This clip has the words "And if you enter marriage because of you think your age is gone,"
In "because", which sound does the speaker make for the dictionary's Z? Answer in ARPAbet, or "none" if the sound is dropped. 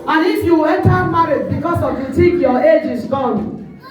S